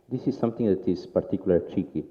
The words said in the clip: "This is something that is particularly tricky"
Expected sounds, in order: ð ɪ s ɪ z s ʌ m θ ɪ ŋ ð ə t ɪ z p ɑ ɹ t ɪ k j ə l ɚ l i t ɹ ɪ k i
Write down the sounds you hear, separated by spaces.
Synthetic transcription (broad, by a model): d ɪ s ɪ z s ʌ m t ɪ ŋ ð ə t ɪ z p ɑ ɹ t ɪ k j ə l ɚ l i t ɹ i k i